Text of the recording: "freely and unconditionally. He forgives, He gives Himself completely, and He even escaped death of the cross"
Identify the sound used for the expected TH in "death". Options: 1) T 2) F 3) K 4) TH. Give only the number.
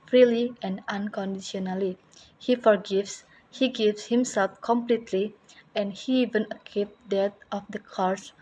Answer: 1